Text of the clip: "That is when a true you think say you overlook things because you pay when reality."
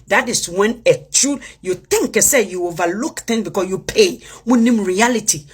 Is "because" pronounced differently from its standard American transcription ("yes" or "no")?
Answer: yes